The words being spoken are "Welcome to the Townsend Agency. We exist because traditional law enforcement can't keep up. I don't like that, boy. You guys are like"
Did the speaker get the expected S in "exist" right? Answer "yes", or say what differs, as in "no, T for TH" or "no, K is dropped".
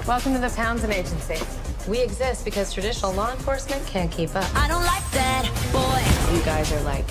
yes